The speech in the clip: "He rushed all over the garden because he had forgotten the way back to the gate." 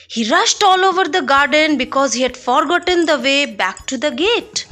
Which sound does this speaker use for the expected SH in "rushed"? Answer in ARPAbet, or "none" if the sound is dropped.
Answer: SH